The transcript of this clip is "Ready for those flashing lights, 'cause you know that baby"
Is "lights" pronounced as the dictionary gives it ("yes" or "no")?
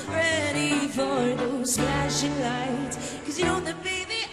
no